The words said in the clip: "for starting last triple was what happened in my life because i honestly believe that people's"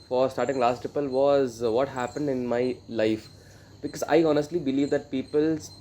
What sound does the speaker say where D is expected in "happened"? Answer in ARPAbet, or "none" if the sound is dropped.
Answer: D